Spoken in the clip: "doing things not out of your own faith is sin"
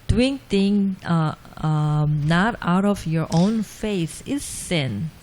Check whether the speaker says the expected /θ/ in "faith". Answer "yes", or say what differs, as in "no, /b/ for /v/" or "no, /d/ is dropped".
no, /s/ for /θ/